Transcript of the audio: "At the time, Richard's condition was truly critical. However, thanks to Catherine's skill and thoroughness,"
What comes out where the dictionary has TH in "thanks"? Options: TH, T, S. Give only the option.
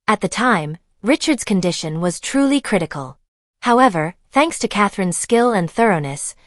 TH